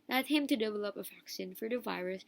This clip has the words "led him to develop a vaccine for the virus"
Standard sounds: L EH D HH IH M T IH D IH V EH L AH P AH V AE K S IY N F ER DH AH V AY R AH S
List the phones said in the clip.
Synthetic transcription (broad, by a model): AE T HH IH M T IH D IH V EH L AH P AH F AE K S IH N F ER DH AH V AY R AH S